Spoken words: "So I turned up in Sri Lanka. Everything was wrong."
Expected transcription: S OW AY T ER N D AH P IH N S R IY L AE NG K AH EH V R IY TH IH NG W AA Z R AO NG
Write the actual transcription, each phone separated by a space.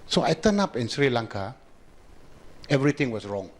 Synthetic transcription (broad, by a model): S OW AY T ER N AA P IH N S R IY L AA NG K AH EH V R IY T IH NG W AA S R AO NG